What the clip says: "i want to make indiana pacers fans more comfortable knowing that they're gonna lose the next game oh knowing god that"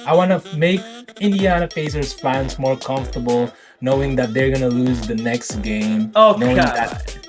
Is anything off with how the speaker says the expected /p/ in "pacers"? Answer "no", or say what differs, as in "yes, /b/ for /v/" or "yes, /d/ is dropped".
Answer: yes, /f/ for /p/